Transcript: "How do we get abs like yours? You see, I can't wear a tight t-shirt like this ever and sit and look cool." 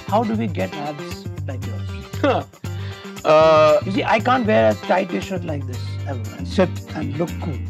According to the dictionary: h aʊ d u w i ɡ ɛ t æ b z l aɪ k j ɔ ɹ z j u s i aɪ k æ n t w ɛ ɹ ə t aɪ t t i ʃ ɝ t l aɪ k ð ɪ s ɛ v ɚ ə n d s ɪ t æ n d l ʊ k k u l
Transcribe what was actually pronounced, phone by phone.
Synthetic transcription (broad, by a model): h aʊ d u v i ɡ ɛ t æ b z l aɪ k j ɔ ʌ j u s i aɪ k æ n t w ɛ ɹ ə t aɪ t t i ʃ ɝ t l aɪ k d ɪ s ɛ ɚ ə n s ɪ t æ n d l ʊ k k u l